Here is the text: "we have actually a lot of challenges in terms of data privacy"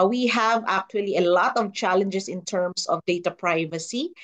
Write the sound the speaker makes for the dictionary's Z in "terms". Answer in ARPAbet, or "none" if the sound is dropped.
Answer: S